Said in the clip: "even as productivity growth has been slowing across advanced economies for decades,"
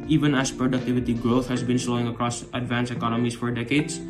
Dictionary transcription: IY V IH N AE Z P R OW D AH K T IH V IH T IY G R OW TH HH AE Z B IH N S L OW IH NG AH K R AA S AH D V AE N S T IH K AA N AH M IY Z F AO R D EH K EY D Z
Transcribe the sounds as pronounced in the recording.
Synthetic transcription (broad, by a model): IY V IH N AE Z P R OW D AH K T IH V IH T IY G R OW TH HH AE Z B IH N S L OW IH NG AH K R AA S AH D V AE N S IH K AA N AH M IY S F AO R D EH K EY D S